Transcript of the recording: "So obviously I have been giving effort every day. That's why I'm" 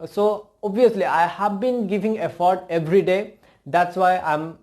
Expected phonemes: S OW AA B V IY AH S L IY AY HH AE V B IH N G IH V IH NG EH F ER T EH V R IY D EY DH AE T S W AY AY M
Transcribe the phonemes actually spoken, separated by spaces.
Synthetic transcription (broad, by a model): S OW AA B IY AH S L IY AY HH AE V B IH N G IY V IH NG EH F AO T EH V R IY D EY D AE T S W AY AY M